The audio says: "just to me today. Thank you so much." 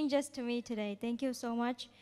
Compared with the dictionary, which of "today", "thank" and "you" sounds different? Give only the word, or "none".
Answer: thank